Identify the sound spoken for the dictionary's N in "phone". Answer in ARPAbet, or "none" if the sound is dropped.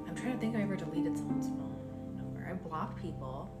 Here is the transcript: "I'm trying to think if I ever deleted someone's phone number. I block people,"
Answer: L